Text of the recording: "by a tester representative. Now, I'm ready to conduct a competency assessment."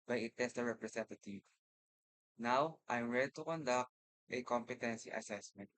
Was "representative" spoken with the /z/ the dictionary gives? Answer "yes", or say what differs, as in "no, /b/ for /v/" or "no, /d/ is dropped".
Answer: no, /s/ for /z/